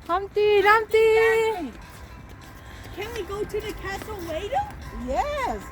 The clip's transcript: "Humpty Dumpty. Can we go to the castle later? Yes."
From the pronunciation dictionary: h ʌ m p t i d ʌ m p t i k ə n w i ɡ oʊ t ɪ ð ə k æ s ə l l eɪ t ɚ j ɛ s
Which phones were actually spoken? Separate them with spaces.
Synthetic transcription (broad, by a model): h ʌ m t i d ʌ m t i k ə n w i ɡ oʊ t ɪ ð ə k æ s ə l w eɪ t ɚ j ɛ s